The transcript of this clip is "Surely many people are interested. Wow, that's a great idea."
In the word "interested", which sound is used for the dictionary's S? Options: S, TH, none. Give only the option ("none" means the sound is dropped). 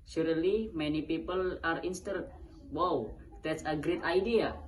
none